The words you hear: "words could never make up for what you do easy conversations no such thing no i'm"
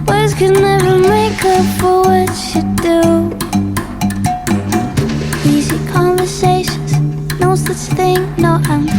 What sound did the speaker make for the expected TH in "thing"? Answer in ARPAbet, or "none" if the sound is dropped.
TH